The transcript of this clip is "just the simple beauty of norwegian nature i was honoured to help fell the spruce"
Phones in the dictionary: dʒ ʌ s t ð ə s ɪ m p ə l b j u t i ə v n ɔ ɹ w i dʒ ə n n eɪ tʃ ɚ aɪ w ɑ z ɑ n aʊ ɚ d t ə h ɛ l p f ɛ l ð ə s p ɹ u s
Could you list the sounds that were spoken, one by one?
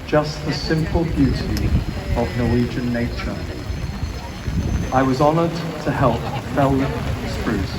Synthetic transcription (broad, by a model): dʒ ʌ s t ð ə s ɪ m p ə l b j u t i ə v n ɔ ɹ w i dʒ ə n n eɪ tʃ ɚ aɪ w ɑ z ɑ n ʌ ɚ d t ə h ɛ l p f ɛ l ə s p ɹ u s